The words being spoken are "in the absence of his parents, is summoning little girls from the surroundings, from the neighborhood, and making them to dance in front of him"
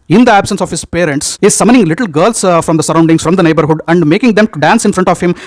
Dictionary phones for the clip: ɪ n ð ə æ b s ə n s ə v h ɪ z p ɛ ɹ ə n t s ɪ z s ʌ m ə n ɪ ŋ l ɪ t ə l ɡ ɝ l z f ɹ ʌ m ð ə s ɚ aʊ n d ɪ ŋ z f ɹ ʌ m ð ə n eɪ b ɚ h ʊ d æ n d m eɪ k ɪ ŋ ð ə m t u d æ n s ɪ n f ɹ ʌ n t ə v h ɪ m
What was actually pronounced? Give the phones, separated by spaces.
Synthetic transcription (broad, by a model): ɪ n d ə æ b s ə n s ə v h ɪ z p ɛ ɹ ə n t s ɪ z s ʌ m ə n ɪ ŋ l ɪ t l ɡ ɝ l s f ɹ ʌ m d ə s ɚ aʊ n d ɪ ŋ s f ɹ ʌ m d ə n eɪ b ɚ h ʊ d æ n d m eɪ k ɪ ŋ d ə m t u d æ n s ɪ n f ɹ ʌ n t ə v h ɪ m